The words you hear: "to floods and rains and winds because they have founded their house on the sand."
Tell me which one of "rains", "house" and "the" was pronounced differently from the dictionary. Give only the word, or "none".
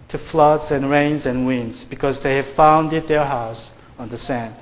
none